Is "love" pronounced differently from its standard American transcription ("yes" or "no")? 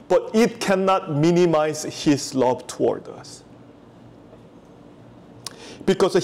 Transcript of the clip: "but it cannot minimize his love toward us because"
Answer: yes